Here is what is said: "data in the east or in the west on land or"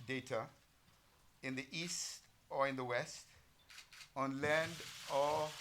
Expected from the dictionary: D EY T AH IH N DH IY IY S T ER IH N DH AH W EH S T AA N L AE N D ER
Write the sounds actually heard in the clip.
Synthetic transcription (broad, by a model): D EY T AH IH N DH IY IY S T ER IH N DH AH W EH S T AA N L AE N D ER